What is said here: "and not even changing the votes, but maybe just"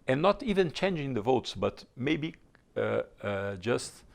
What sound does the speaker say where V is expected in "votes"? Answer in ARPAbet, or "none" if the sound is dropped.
V